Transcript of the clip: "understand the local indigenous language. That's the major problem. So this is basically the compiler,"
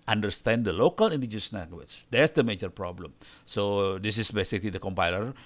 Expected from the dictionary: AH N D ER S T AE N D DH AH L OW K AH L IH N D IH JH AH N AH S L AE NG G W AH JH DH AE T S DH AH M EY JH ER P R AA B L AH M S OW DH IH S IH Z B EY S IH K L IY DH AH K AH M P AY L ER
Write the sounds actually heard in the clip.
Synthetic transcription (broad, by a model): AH N D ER S T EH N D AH L OW K AH L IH N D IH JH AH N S N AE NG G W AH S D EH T S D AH M EY JH ER P R AA B L AH M S OW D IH S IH S B EY S IH K L IY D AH K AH M P AY L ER